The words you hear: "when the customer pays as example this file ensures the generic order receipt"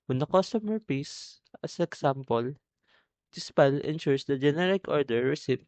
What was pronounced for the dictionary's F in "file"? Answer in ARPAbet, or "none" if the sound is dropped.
P